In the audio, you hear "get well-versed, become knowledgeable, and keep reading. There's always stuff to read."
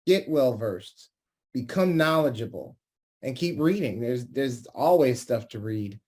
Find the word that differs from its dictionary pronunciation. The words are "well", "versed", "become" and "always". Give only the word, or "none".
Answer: none